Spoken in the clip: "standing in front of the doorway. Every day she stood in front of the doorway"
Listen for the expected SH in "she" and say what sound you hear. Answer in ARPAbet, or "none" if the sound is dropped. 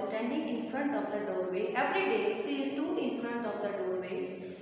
S